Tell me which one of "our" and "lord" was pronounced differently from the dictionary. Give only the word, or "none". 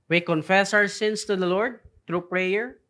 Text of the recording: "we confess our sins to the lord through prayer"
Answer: our